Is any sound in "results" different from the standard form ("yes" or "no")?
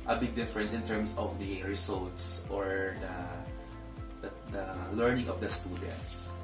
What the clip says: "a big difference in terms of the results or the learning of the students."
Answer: yes